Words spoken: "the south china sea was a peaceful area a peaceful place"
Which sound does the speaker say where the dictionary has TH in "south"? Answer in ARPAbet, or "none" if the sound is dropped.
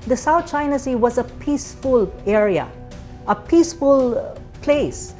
T